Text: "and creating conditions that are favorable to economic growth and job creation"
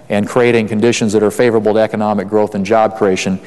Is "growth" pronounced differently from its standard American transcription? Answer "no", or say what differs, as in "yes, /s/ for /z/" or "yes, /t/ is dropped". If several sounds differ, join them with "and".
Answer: no